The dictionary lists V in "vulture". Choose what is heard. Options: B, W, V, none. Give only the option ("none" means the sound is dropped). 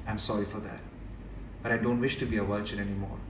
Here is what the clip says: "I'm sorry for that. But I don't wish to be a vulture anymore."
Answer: W